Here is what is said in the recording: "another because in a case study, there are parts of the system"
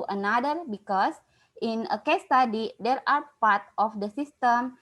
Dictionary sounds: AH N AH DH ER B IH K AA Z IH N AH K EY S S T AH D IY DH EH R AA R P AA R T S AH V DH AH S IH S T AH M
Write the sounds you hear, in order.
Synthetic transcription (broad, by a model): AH N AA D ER B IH K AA S IH N AH K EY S S T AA D IY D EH R AA R P AA R T AH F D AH S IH S T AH M